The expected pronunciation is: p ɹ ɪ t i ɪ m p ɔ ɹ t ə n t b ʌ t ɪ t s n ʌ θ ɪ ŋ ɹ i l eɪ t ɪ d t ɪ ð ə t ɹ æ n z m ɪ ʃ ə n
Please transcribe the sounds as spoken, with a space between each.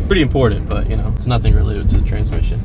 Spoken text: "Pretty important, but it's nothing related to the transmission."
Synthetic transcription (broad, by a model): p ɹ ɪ t i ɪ m p ɔ ɹ t n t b ʌ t ɪ t s n ʌ θ ɪ ŋ ɹ i l eɪ t ɪ d t ɪ ð ə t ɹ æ n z m ɪ ʃ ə n